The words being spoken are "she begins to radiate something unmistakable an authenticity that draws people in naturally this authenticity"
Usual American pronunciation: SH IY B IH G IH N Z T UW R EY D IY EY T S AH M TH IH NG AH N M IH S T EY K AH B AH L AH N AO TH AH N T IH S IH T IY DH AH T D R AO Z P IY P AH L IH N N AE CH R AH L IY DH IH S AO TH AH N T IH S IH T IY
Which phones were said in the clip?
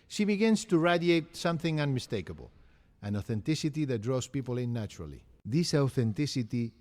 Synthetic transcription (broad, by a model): SH IY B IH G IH N S T UW R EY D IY EY T S AH M TH IH NG AH N M IH S T EY K AH B AH L AH N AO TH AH N T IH S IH T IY DH AH T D R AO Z P IY P AH L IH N N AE CH R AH L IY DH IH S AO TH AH N T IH S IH T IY